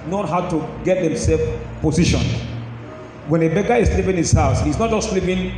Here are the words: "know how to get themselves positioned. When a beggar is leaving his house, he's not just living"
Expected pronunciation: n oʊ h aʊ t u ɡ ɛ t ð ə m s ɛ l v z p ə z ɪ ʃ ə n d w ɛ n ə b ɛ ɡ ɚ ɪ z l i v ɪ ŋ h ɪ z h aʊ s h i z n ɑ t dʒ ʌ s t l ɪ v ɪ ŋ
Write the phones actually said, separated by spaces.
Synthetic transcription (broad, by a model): n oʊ h aʊ t u ɡ ɛ t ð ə m s ɛ l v p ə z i ʃ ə n w ɛ n ə b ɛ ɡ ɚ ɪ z l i p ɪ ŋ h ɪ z h aʊ s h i s n ɑ t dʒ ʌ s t l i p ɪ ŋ